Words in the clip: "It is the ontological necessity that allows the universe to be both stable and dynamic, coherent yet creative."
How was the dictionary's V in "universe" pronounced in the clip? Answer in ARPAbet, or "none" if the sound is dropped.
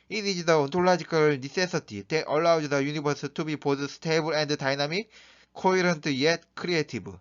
B